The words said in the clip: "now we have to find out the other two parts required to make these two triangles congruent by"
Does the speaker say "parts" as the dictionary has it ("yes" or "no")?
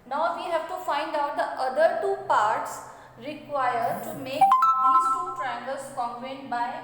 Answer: yes